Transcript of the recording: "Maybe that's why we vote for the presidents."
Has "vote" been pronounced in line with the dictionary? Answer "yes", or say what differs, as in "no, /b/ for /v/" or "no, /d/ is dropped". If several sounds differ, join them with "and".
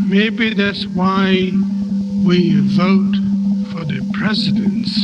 yes